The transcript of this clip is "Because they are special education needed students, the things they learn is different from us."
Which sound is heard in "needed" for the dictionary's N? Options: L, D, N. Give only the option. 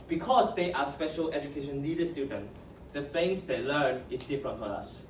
L